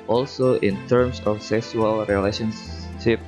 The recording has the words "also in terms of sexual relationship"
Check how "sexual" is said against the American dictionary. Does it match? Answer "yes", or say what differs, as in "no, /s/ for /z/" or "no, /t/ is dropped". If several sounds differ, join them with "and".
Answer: no, /s/ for /ʃ/